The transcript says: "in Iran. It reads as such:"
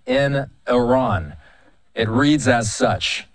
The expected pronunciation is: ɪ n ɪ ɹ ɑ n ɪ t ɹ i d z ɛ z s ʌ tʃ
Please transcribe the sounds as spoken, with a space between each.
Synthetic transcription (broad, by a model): ɪ n ɪ ɹ ɑ n ɪ t ɹ i d z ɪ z s ʌ tʃ